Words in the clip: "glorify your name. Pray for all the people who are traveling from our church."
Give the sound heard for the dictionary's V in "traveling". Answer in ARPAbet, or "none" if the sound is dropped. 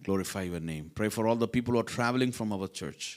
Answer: V